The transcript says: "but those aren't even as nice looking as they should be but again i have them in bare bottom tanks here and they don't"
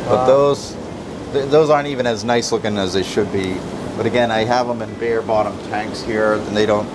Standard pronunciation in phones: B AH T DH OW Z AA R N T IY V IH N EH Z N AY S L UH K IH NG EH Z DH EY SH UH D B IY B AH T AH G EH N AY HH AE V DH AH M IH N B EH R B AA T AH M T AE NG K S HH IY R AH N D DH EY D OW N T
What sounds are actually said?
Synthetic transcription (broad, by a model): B AH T DH OW Z AA R N T IY V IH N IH Z N AY S L UH K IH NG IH Z DH EY SH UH D B IY B AH T AH G EH N AY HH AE V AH M IH N B EH R B AA T AH M T AE NG K S HH IY R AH N DH EY D OW N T